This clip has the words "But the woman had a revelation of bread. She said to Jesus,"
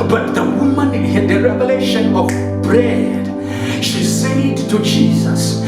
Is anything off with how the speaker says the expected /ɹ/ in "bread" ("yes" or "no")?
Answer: no